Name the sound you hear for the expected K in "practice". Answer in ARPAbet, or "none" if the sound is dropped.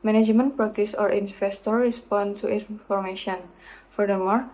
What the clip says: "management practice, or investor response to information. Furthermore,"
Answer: none